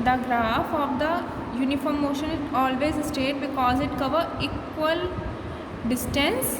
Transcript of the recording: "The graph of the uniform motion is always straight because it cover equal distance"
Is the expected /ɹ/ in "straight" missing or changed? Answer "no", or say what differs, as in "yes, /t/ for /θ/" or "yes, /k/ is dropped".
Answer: yes, /ɹ/ is dropped